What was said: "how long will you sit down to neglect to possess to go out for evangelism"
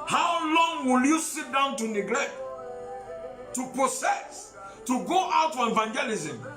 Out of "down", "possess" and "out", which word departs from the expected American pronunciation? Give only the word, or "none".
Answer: possess